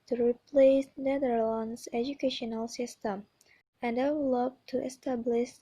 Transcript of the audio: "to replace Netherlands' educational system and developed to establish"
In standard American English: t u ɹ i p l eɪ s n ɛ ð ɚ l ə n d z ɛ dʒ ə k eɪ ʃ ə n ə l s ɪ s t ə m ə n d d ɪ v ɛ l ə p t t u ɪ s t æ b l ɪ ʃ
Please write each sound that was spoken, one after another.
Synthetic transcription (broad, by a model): t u ɹ i p l eɪ s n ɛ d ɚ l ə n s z ɛ dʒ ə k eɪ ʃ ə n ə l s ɪ s t ə m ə n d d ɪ w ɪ l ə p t t u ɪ s t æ b l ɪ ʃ